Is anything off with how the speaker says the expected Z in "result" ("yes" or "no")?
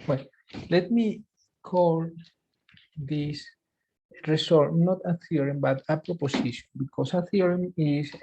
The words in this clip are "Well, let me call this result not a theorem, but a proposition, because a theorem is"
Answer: yes